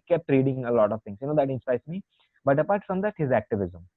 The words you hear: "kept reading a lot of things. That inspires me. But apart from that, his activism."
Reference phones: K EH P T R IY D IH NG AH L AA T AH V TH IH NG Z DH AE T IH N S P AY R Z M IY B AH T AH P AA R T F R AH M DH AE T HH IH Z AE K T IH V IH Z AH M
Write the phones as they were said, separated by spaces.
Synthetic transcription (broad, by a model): K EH P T R IY D IH NG AH L AA T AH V T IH NG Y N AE T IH N S P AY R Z M IY B AH T AH P AA R T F R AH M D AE T HH IH Z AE K T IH V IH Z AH M